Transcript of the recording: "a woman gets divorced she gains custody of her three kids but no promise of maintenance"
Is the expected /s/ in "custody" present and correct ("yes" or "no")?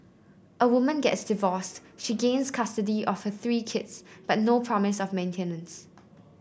yes